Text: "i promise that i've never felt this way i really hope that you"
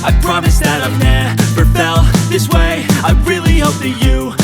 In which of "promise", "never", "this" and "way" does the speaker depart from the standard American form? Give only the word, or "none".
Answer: never